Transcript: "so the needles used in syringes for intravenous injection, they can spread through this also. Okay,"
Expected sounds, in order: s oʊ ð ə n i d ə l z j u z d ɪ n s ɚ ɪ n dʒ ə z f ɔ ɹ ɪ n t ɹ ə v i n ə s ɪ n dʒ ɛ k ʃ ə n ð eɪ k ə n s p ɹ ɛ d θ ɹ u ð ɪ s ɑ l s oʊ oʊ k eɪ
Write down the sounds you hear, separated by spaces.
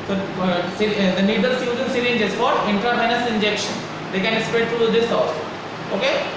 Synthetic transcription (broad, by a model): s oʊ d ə n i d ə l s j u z ɪ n s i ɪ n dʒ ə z f ɔ ɹ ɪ n t ɹ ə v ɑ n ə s ɪ n dʒ ɛ k ʃ ə n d eɪ k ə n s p ɛ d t ɹ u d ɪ s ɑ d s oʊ oʊ k eɪ